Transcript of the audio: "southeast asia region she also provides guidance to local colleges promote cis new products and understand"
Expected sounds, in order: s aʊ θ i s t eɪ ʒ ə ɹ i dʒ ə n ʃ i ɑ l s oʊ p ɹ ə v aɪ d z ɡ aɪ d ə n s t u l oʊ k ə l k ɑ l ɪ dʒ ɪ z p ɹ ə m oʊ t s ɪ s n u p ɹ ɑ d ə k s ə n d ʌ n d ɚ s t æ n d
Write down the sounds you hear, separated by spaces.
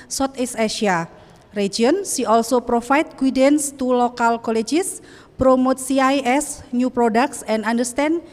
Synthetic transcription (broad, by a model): s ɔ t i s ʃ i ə ɹ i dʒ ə n s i ɑ l s oʊ p ɹ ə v aɪ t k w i d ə n s t u l oʊ k ə l k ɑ l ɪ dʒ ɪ s p ɹ ə m oʊ t s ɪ s n u p ɹ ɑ d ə k s ə n d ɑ n d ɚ s t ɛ n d